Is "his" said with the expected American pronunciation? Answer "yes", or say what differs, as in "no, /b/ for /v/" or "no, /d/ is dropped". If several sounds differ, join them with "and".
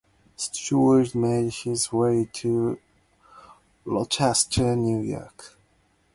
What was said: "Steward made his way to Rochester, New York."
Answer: yes